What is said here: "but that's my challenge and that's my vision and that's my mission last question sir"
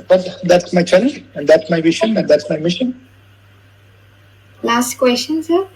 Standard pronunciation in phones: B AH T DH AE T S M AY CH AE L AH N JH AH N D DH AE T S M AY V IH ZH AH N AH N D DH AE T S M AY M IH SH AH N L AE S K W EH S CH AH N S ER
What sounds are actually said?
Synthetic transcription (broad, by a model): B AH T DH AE T S M AY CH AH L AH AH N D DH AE T S M AY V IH SH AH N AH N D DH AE T S M AY M IH SH AH N L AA S K W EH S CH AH N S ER